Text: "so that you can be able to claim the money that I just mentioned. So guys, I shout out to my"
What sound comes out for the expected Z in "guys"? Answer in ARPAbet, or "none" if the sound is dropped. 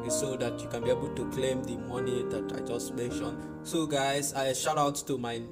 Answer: S